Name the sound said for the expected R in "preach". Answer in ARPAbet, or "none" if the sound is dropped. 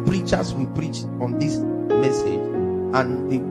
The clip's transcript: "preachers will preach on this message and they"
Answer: R